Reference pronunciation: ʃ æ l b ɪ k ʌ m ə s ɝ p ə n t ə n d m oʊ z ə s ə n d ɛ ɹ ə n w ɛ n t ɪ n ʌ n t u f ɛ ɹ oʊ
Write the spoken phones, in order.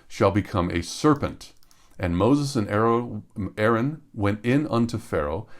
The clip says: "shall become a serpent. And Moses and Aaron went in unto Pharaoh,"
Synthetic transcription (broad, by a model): ʃ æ l b ɪ k ʌ m ə s ɝ p ə n t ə n m oʊ z ə s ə n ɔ ɛ ɹ ə n w ɛ n t ɪ n ʌ n t u f ɛ ɹ oʊ